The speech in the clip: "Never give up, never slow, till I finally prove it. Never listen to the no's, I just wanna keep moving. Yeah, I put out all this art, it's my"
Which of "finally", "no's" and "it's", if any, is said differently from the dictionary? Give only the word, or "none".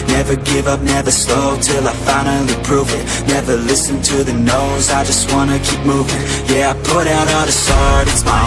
finally